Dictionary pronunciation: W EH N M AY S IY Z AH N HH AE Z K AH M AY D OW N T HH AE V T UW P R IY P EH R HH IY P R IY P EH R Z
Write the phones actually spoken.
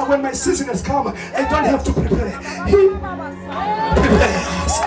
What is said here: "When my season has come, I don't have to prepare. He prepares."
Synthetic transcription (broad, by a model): W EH N M AY S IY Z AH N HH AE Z K AH M AY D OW N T HH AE F T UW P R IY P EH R HH IY P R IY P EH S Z